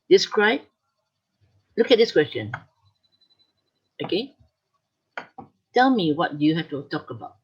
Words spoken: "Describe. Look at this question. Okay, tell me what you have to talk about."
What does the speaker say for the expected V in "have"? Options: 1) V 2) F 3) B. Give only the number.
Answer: 2